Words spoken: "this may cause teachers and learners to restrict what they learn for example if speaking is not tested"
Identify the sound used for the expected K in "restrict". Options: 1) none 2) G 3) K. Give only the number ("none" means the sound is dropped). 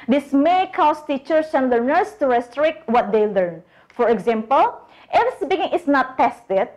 3